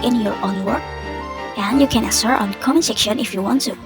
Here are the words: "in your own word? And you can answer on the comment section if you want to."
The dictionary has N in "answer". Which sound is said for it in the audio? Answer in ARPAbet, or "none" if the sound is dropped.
none